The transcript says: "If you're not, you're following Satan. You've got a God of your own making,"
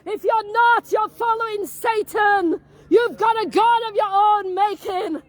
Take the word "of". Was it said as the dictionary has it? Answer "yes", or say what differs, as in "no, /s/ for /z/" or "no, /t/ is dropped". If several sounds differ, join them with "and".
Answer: yes